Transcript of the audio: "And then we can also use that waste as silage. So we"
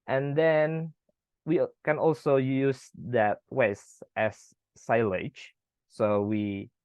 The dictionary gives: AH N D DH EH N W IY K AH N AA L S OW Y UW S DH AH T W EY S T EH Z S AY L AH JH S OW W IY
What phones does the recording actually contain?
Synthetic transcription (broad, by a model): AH N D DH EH N W IY K AH N AA L S OW Y UW S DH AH T W EY S T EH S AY L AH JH S OW W IY